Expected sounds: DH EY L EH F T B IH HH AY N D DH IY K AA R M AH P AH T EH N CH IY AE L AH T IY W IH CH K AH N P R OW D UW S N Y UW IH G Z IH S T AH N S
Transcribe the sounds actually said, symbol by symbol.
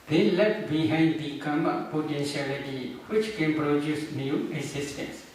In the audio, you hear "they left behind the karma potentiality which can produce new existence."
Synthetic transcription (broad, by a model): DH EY L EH T B IH HH AY N D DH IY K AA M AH P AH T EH N SH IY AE L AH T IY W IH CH K AH N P R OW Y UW S N Y UW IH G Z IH S T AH N S